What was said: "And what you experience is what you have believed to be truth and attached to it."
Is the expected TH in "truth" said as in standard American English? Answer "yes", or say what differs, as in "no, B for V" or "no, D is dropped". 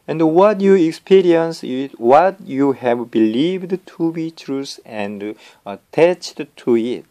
no, S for TH